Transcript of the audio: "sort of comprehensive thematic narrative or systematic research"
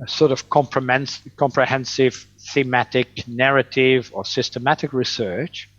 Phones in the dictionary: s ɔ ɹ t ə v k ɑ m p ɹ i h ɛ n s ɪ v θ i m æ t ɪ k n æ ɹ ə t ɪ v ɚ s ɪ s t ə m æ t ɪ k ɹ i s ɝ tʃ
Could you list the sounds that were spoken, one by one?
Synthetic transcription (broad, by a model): s ɔ ɹ t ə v k ɑ m p ɹ i h ɛ n s ɪ v θ i m æ t ɪ k n æ ɹ ə t ɪ v ɚ s ɪ s t ə m æ t ɪ k ɹ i s ɝ tʃ